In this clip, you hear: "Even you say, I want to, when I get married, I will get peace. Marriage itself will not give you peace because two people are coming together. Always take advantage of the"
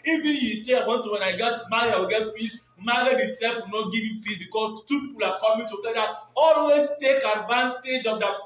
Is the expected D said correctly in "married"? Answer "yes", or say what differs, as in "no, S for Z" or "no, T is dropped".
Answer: no, D is dropped